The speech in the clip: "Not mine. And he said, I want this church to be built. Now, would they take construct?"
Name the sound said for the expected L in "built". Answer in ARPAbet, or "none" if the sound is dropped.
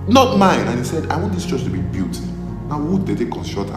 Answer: none